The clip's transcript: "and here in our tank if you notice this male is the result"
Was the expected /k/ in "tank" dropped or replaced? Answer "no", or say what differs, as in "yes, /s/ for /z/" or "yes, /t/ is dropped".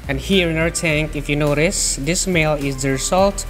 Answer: no